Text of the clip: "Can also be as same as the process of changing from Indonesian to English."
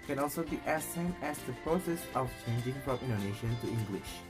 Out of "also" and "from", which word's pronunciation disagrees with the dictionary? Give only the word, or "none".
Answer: from